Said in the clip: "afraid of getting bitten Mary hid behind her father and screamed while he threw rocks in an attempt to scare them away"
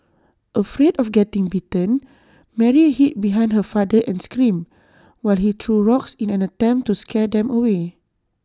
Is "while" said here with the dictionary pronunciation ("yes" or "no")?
yes